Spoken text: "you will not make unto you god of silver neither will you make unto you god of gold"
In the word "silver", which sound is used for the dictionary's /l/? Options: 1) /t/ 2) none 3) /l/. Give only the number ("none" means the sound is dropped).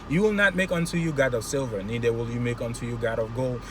3